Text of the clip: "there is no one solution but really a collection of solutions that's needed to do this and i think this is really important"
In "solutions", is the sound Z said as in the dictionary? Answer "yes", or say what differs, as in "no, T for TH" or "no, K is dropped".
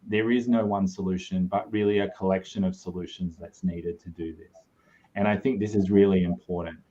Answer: yes